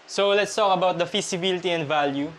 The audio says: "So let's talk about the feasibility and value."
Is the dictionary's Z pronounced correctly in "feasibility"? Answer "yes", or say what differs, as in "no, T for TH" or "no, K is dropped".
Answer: no, S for Z